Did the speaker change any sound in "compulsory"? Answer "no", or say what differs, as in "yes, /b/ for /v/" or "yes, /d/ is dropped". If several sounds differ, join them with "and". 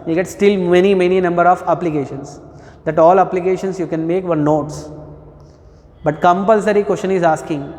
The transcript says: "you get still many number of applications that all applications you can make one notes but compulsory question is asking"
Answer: no